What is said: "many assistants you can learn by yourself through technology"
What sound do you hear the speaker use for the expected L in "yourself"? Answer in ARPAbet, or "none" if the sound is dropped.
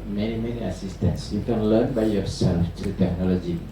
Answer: L